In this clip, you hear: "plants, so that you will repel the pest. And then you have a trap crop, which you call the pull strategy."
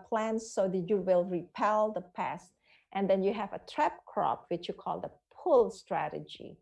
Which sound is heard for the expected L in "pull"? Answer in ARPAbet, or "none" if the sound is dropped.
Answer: L